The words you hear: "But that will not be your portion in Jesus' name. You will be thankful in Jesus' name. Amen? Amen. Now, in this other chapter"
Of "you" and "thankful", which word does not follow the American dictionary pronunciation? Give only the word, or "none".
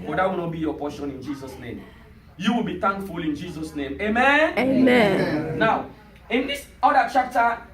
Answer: thankful